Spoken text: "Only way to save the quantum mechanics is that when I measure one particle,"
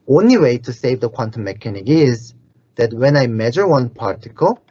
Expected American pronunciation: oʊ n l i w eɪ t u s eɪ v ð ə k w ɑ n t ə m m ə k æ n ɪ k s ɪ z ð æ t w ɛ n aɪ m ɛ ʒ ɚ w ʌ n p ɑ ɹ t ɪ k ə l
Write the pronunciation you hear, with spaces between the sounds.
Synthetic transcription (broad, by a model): oʊ n l i w eɪ t u s eɪ v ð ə k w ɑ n t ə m m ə k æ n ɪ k ɪ z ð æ t w ɛ n aɪ m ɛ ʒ ɚ w ʌ n p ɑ ɹ t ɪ k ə l